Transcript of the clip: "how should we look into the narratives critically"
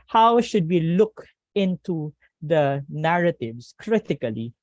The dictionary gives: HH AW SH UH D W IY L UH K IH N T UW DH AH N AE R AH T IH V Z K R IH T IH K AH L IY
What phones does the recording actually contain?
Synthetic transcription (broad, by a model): HH AW SH UH D W IY L UH K IH N T UW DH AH N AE R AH T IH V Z K R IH T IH K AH L IY